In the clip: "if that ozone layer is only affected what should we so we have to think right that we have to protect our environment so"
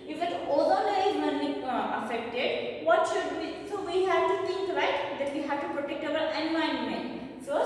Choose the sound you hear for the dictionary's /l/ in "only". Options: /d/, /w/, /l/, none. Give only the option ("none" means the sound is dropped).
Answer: none